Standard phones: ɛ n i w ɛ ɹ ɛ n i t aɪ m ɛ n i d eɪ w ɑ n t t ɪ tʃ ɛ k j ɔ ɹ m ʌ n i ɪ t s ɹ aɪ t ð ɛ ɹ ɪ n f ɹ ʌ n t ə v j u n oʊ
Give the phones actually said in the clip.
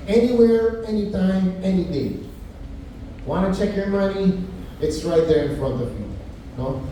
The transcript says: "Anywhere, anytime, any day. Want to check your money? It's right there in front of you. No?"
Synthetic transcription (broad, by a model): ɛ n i w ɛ ɹ ɛ n i t aɪ m ɛ n i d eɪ w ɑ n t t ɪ tʃ ɛ k j ɔ ɹ m ʌ n i ɪ t s ɹ aɪ t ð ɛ ɹ ɪ n f ɹ ʌ n t ə v j u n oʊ